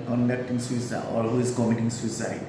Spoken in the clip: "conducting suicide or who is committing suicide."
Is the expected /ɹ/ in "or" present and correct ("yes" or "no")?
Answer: no